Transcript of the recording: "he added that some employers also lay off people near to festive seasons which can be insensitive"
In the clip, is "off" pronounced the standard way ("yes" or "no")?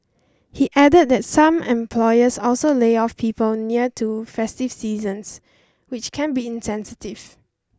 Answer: yes